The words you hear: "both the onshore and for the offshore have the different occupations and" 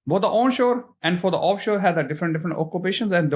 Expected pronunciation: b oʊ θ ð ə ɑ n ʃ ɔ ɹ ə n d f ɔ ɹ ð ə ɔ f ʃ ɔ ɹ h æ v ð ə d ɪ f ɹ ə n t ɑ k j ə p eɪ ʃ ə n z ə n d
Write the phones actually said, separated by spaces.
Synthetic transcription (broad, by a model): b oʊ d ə ɑ n ʃ ɔ ɹ ə n d f ɔ ɹ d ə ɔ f ʃ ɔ ɹ h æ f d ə d ɪ f ɹ ə n t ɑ k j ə p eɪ ʃ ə n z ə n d